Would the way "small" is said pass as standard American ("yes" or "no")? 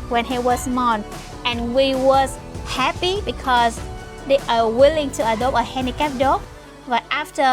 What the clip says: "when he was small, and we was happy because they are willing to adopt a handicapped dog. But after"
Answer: no